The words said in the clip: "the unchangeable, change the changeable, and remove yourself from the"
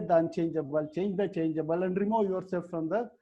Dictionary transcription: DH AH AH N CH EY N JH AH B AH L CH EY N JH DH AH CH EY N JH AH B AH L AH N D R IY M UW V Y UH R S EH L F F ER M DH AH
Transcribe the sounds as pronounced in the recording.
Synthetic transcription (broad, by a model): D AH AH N CH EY N JH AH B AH L CH EY N JH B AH CH EY N JH AH B AH L AH N D R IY M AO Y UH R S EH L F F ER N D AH